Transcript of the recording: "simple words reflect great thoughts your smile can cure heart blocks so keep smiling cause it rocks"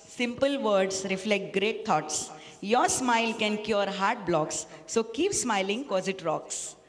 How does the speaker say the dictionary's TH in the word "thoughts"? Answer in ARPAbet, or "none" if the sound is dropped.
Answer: T